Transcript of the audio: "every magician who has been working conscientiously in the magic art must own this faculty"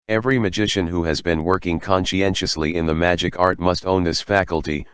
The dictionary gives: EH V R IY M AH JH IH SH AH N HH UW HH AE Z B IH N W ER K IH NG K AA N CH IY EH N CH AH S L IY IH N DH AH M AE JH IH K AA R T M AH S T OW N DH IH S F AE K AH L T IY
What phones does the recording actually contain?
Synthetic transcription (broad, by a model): EH V R IY M AH JH IH SH AH N HH UW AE Z B IH N W ER K IH NG K AA N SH IY EH N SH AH S L IY IH N DH AH M AE JH IH K AA R T M AH S T OW N DH IH S F AE K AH L T IY